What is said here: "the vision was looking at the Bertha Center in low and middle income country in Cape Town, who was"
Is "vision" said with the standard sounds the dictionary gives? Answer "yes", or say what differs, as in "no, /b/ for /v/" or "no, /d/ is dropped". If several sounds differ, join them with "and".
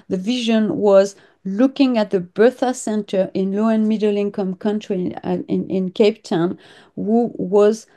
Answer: yes